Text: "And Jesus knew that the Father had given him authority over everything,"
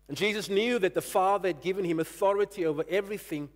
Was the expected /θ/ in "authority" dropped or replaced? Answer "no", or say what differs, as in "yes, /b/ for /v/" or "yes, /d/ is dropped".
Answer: no